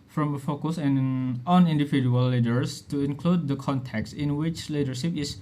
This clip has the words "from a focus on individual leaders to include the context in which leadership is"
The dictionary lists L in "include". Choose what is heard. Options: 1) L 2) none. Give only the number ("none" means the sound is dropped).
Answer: 1